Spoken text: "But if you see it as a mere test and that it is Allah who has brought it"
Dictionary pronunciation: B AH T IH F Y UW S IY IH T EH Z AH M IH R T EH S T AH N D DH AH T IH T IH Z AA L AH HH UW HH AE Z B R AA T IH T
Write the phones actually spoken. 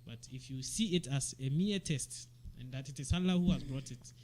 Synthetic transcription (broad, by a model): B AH T IH F Y UW S IY IH T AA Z AH M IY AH T EH S T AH N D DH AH T IH T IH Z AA L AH HH UW HH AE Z B R AA T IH T